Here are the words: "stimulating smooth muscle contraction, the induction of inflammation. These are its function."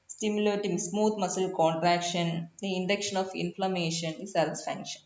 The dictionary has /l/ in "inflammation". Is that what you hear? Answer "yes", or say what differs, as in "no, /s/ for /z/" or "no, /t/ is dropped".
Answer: yes